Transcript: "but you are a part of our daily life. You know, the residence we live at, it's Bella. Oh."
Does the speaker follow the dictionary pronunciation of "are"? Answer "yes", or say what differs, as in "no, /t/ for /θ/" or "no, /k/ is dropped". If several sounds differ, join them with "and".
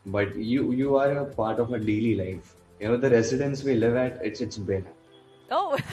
yes